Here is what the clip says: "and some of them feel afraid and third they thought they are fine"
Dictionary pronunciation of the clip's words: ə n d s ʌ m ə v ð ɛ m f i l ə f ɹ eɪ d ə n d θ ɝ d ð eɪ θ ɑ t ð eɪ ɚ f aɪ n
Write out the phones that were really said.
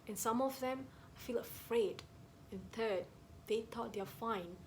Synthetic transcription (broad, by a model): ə n s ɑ m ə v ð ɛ m f i l ə f ɹ eɪ d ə n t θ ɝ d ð eɪ t ɑ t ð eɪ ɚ f aɪ n